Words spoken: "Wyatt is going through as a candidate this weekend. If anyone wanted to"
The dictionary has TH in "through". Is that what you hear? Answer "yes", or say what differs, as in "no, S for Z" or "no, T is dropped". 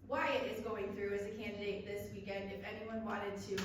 yes